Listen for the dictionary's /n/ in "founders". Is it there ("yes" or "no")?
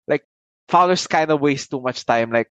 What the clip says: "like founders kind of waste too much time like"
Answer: no